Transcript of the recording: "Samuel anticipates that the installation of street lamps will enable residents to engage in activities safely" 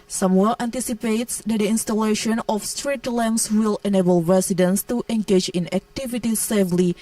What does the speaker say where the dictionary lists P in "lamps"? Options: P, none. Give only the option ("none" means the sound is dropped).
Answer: none